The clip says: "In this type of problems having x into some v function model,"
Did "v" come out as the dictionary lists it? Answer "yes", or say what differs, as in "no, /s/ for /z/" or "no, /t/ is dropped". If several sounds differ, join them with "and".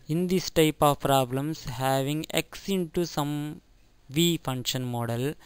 yes